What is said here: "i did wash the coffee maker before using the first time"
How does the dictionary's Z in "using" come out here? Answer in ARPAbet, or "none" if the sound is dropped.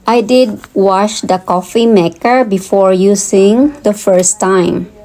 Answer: S